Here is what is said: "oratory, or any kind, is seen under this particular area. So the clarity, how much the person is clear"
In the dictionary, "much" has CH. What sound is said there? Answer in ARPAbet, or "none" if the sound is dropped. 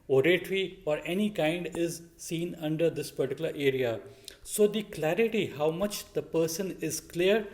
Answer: CH